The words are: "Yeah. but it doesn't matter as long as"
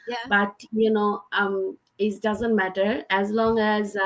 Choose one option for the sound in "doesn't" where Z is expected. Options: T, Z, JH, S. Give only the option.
Z